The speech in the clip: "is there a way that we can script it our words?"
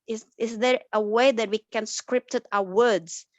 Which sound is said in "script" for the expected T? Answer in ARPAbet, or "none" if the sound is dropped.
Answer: T